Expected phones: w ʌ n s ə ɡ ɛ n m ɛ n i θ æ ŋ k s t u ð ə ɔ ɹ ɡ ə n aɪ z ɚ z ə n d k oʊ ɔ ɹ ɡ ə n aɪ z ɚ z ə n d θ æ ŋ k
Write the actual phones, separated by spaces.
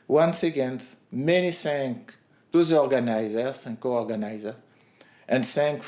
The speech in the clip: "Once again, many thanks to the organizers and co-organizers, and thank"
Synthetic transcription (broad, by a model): w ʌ n s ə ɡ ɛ n m ɛ n i s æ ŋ k t u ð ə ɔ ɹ ɡ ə n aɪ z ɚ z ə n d k oʊ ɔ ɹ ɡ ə n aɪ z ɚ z ə n d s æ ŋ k